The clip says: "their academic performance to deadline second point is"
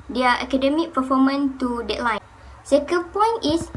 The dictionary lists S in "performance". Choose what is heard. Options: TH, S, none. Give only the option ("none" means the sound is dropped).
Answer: none